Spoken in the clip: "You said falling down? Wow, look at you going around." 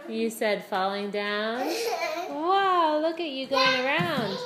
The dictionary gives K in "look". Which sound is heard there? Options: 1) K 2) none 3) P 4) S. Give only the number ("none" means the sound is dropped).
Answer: 1